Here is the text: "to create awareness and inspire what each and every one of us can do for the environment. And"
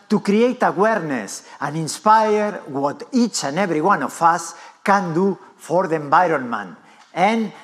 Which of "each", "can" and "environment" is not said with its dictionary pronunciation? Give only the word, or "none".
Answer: environment